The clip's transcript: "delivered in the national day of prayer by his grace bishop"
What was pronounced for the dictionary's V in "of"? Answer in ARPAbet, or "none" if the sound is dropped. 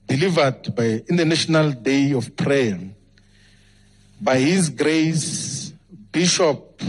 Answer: F